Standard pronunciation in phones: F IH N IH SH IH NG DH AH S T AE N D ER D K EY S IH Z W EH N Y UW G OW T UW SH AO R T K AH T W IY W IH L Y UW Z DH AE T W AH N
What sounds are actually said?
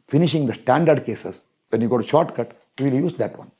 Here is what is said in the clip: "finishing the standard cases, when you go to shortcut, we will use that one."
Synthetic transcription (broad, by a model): F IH N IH SH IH NG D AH S T AE N D ER D K EY S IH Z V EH N Y UW G OW T UW SH AO R T K AH T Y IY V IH L Y UW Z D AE T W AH N